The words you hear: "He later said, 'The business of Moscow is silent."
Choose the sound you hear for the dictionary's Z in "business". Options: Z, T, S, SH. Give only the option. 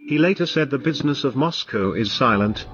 Z